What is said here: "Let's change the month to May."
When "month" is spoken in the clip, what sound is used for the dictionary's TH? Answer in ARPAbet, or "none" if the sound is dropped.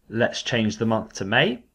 TH